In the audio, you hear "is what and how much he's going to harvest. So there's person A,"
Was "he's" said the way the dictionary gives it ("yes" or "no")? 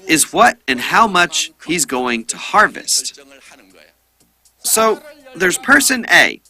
yes